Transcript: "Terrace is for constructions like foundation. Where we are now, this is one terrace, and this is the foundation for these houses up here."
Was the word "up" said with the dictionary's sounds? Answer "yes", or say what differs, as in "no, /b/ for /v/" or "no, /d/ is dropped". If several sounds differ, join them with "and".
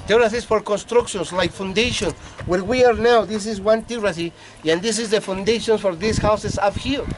no, /f/ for /p/